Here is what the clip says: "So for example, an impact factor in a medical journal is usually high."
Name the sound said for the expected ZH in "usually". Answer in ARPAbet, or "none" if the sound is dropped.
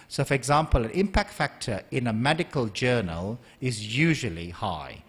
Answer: ZH